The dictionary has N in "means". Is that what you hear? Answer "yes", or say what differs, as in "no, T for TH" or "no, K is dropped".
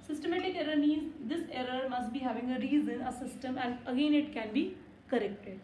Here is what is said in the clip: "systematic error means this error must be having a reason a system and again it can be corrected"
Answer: no, N is dropped